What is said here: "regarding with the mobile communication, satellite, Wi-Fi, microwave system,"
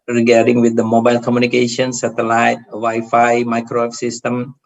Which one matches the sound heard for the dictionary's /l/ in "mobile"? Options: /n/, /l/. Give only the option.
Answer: /l/